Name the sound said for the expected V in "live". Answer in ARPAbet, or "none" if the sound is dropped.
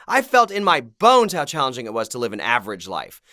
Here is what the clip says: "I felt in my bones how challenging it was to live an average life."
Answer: V